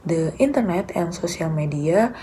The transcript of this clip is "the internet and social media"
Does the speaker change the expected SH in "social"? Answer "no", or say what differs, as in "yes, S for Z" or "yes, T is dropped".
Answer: yes, S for SH